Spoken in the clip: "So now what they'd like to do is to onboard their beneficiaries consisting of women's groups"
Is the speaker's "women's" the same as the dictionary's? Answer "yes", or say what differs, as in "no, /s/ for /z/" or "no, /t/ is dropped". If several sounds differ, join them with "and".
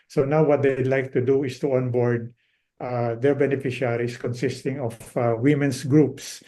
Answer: no, /s/ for /z/